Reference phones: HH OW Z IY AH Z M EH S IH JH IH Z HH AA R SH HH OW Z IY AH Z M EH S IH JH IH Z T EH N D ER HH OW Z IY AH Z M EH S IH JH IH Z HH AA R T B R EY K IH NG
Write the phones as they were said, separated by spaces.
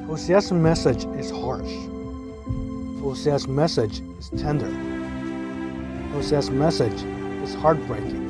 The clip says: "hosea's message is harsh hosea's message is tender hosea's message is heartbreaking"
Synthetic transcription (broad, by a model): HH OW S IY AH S M EH S IH JH IH Z HH AA R SH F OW S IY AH S M EH S IH JH IH Z T EH N D ER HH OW S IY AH S M EH S IH JH IH Z HH AA R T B R EY K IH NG